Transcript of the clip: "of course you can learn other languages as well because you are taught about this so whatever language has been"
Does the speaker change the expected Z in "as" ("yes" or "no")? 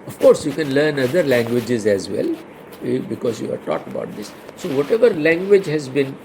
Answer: no